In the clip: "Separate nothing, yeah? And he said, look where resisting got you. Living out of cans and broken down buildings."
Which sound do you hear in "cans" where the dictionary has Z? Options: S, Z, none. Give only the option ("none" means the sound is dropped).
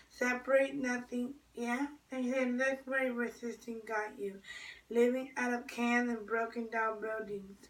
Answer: none